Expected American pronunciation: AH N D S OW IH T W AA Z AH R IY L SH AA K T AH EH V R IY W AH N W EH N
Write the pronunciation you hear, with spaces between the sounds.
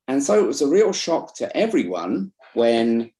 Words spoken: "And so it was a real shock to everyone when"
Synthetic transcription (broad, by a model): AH N S OW IH T W AA Z AH R IY L SH AA K T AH EH V R IY W AH N W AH N